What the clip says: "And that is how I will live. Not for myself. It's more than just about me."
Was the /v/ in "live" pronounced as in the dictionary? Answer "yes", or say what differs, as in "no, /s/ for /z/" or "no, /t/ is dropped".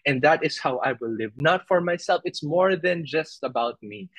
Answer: yes